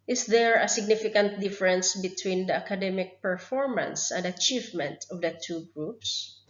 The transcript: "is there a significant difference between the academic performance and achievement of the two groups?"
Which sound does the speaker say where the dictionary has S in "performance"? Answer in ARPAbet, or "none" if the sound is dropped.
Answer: S